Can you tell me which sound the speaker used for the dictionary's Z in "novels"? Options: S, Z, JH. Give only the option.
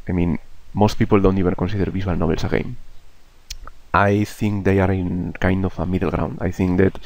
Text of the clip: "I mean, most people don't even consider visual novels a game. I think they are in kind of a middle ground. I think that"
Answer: S